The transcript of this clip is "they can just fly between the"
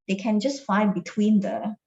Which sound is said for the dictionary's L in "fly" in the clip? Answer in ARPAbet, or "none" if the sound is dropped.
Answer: none